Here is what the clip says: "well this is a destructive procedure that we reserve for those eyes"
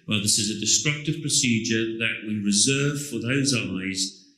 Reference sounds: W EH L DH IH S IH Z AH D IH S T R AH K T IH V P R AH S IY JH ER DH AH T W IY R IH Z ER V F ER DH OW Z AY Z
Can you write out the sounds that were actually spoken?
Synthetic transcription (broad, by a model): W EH L DH IH S IH Z AH D IH S T R AH K T IH V P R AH S IY JH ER DH AH T W IY R IH Z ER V F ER DH OW Z AY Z